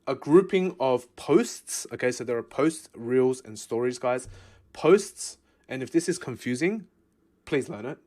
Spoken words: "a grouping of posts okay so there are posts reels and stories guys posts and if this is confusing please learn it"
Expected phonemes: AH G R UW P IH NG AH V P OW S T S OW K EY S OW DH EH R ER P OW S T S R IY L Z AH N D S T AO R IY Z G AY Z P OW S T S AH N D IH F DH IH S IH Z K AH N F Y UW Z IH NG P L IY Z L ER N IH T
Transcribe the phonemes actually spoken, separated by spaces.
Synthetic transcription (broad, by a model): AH G R UW P IH NG AH V P OW S T S OW K EY S OW DH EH R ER P OW S T S R IY L Z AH N S T AO R IY Z G AY Z P OW S T S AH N IH F DH IH S IH Z K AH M F Y UW Z IH NG P L IY Z L ER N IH T